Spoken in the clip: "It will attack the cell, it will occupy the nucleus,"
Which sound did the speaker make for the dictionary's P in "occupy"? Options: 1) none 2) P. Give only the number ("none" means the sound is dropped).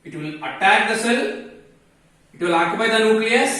1